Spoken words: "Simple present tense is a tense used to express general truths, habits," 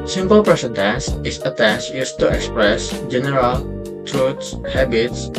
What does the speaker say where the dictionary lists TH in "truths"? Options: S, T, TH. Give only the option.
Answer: T